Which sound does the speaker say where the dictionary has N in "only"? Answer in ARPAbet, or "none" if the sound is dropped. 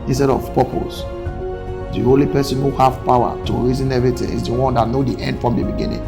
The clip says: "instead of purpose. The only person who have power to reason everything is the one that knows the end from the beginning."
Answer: none